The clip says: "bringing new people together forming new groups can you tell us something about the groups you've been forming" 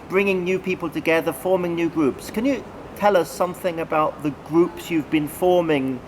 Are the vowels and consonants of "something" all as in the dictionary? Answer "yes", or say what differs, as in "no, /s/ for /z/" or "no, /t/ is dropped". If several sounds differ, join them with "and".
yes